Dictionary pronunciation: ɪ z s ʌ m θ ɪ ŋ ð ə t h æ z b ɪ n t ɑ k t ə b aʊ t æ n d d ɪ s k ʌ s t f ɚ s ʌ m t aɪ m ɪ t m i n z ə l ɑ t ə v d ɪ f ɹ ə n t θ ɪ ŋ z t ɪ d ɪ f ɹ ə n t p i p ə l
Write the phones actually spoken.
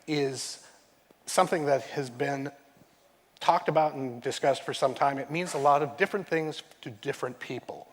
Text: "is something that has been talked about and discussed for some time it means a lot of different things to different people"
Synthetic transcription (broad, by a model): ɪ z s ʌ m θ ɪ ŋ ð ə t h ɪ z b ɪ n t ɑ k t ə b aʊ t n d d ɪ s k ʌ s t f ɚ s ʌ m t aɪ m ɪ t m i n z ə l ɑ t ə v d ɪ f ɹ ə n θ ɪ ŋ z t ɪ d ɪ f ɹ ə n p i p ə l